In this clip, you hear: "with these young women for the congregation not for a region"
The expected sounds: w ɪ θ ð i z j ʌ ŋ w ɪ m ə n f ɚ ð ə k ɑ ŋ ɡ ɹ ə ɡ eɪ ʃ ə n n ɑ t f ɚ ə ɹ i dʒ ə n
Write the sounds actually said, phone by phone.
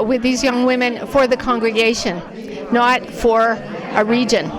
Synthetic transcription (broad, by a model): w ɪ ð i z j ʌ ŋ w ɪ m ə n f ɚ ð ə k ɑ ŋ ɡ ɹ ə ɡ eɪ ʃ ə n n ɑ t f ɚ ə ɹ i dʒ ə n